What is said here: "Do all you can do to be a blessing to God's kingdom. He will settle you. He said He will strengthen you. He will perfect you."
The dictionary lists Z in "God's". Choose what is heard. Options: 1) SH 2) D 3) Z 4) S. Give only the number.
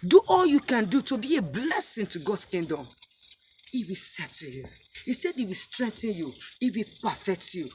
4